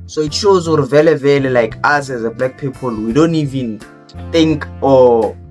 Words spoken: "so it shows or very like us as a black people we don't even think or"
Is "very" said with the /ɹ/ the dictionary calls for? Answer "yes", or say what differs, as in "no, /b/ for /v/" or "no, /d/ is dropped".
no, /l/ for /ɹ/